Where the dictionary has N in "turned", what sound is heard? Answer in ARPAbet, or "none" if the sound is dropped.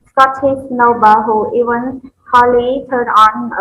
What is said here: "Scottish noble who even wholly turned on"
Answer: none